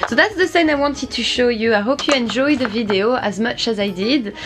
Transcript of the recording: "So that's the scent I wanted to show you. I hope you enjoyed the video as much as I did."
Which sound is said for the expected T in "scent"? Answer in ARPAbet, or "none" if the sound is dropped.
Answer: none